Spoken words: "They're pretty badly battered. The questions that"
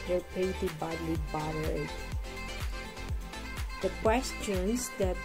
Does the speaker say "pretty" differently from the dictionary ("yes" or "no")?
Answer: yes